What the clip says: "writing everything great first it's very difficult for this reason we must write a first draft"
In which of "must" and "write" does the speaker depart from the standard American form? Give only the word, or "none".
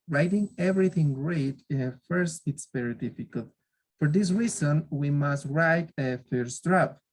none